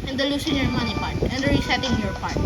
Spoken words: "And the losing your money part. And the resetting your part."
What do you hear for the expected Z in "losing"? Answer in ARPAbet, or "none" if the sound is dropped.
S